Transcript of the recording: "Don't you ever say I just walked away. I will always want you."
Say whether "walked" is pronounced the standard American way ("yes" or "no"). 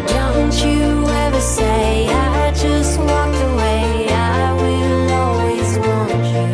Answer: no